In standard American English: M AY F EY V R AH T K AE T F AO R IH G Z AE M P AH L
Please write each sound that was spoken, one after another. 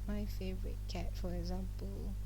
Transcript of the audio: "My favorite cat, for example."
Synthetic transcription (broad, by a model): M AY F EY V R AH T K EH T F AO R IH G Z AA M P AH L